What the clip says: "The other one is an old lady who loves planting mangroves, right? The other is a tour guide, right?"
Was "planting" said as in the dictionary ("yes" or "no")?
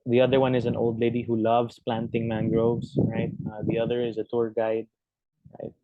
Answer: yes